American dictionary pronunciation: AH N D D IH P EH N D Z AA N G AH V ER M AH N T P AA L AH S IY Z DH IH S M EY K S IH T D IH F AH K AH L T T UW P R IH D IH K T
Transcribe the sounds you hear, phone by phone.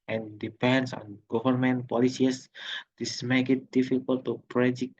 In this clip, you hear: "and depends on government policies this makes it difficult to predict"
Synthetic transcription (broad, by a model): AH N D D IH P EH N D S AA N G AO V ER M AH N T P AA L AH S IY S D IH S M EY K IH T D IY F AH K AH L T T UW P R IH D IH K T